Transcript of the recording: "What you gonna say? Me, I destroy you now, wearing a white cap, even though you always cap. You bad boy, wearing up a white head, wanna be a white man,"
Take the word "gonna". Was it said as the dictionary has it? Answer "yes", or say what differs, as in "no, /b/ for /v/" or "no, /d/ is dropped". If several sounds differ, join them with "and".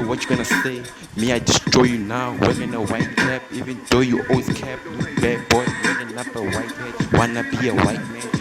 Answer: yes